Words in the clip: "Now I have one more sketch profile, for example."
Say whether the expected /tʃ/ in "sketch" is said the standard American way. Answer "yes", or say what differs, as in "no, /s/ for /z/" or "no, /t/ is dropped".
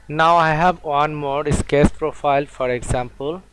no, /s/ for /tʃ/